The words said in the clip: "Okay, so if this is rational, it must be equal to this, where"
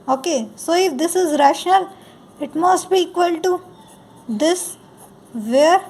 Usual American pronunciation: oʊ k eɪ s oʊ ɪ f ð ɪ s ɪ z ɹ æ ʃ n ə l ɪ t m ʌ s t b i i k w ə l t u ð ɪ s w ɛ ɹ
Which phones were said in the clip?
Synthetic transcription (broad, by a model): oʊ k eɪ s oʊ ɪ f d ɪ s ɪ z ɹ æ ʃ n ə l ɪ t m ʌ s t b i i k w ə l t u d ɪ s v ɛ ɹ